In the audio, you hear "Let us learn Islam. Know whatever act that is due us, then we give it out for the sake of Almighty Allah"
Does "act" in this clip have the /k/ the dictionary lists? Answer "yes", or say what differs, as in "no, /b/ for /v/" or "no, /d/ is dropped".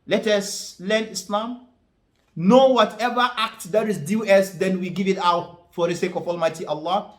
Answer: yes